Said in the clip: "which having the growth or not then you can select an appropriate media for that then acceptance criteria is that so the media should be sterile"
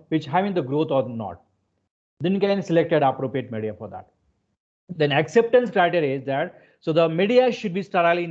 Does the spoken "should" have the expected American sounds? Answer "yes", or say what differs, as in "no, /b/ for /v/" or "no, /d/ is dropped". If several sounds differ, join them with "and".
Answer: yes